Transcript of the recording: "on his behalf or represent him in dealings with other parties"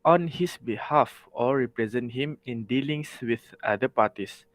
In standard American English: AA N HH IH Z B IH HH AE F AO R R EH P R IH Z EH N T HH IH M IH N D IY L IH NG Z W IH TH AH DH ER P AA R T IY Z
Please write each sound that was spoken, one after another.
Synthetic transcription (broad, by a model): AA N HH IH S B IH HH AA F AO L R EH P R IH Z EH N T HH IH M IH N D IY L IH NG S W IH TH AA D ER P AA T IY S